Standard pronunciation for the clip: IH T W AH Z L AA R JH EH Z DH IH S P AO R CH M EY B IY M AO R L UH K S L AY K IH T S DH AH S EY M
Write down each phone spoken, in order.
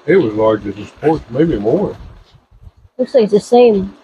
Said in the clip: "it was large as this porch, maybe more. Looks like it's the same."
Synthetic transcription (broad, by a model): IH T W AH Z L AA R JH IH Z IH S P AO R S M EY B IY M AO R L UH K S L AY K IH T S DH AH S EY M